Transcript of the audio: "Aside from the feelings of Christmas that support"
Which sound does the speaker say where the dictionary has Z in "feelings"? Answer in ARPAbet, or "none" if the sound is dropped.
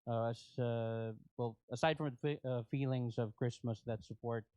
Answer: Z